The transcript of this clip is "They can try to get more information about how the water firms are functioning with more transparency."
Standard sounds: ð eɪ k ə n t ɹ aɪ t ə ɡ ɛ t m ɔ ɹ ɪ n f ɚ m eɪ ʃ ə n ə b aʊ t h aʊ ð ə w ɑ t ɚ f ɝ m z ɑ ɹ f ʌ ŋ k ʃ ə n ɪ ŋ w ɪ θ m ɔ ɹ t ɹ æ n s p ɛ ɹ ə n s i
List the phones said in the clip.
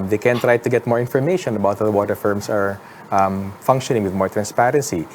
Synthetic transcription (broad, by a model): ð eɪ k ə n t ɹ aɪ t ə ɡ ɛ t m ɔ ɹ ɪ n f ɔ m eɪ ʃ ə n ə b aʊ t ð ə w ɑ t ɚ f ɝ m s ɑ ɹ f ʌ ŋ k ʃ ə n ɪ ŋ w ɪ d m ɔ ɹ t ɹ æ n s p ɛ ɹ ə n s i